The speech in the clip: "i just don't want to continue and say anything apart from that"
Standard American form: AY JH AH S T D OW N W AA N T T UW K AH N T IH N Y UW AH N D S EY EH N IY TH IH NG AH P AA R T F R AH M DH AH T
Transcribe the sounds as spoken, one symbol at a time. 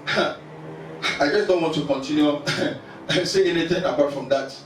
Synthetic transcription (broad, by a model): AY JH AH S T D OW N W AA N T T UW K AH N T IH N Y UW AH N S EY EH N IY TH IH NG AH P AA R T F R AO M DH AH T